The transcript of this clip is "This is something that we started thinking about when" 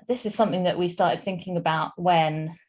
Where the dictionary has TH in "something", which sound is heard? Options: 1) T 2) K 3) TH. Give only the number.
3